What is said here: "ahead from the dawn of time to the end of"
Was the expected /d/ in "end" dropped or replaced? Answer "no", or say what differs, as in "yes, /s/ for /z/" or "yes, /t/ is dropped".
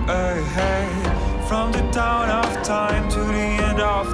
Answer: no